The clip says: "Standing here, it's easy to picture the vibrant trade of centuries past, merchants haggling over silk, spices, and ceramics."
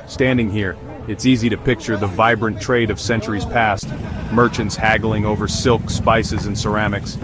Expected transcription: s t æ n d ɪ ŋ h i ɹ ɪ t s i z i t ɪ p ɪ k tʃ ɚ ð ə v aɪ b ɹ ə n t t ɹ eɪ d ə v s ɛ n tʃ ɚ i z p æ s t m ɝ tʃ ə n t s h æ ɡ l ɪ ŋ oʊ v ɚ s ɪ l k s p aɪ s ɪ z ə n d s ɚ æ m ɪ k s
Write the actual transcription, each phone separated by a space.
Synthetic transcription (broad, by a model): s t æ n d ɪ ŋ h i ɹ ɪ t s i z i t ɪ p ɪ k tʃ ɚ ð ə v aɪ b ɹ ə n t t ɹ eɪ d ə v s ɛ n tʃ ɚ i z p æ s t m ɝ tʃ ə n t s h æ ɡ l ɪ ŋ oʊ v ɚ s ɪ l k s p aɪ s ɪ z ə n s ɚ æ m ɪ k s